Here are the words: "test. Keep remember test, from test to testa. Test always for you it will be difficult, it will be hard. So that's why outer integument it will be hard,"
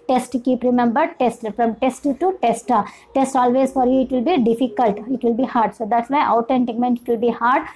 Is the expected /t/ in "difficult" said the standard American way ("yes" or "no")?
yes